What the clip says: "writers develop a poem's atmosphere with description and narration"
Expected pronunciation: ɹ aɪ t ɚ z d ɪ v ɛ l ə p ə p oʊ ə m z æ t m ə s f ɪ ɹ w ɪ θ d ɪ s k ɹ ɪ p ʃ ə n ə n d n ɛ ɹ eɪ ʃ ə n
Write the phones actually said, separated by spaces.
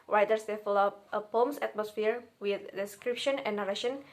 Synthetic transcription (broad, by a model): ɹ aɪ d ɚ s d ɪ f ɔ l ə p ə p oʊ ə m s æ t m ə s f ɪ ɹ w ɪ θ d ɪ s k ɹ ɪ p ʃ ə n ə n n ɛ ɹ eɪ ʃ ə n